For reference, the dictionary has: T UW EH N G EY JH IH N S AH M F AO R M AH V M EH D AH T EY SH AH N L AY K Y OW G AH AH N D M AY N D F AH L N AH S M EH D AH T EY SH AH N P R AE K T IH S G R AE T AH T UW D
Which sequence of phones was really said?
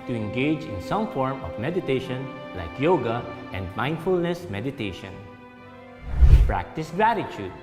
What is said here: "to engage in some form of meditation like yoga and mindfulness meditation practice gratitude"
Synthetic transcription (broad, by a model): T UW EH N G EY JH IH N S AH M F AO R M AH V M EH D AH T EY SH AH N L AY K Y OW G AH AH N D M AY N D F AH L N AH S M EH D AH T EY SH AH N P R AE K T IH S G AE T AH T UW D